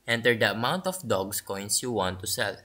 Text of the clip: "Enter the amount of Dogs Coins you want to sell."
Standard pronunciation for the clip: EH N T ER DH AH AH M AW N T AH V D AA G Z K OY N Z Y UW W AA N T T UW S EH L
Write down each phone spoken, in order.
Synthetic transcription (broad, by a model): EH N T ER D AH AH M AW N T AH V D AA G S K OY N S Y UW W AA N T T UW S EH L